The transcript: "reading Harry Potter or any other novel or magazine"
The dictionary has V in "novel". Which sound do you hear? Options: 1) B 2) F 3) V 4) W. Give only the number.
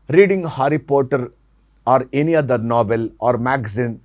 3